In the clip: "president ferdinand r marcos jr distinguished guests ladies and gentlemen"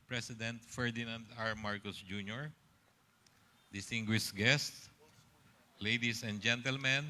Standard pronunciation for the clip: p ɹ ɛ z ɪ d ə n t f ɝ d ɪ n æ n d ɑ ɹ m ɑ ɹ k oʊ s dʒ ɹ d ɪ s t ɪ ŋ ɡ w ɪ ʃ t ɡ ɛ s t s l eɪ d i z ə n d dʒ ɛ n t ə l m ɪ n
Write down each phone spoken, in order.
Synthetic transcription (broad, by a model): p ɹ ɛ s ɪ d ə n t f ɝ d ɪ n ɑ n d ɑ ɹ m ɑ ɹ k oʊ s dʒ ɹ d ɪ s t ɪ ŋ ɡ w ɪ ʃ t ɡ ɛ s t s l eɪ d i s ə n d dʒ ɛ n t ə l m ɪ n